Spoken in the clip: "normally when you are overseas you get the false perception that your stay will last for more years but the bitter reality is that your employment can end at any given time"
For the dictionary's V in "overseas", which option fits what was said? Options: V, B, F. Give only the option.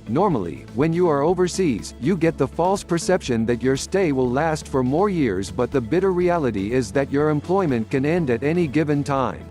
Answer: V